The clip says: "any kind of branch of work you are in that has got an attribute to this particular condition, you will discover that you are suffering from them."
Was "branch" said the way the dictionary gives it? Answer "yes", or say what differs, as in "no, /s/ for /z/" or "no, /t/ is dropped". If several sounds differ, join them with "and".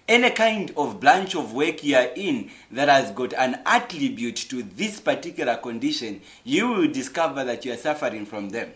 no, /l/ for /ɹ/